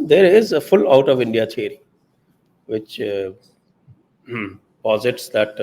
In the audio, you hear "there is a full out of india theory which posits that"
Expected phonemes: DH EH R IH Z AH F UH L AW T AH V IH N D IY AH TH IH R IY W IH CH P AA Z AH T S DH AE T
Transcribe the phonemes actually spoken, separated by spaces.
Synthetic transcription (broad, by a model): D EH R IH Z AH F UH L AW T AH V IH N D IY AH T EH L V IH CH P AA Z AH T S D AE T